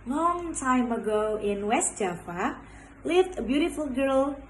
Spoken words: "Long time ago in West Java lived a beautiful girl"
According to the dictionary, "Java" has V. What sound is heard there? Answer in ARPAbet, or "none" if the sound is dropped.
F